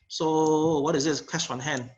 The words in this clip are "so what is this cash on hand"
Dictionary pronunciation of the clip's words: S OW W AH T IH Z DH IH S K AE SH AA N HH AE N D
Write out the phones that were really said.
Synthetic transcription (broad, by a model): S OW W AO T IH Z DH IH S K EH S AA N HH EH N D